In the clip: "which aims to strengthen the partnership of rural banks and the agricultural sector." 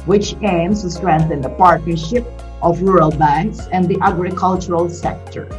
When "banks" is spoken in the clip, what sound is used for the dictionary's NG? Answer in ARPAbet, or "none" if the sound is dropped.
NG